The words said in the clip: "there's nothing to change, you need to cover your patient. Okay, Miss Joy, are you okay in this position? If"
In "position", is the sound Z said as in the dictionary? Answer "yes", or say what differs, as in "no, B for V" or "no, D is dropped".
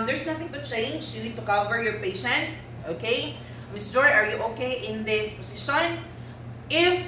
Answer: no, S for Z